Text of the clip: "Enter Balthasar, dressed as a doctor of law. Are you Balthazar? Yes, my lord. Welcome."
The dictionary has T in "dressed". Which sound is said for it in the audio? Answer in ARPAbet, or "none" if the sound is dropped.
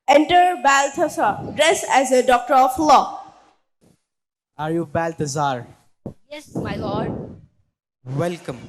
none